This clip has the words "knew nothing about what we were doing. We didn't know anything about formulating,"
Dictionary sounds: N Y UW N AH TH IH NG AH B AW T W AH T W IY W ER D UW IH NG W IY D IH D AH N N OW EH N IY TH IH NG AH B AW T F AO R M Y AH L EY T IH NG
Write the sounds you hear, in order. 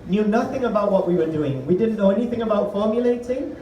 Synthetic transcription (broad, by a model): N Y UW N AH TH IH NG AH B AW T W AH T W IY W ER D UW IH NG W IY D IH D N N OW EH N IY TH IH NG AH B AW T F AO R M Y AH L EY T IH NG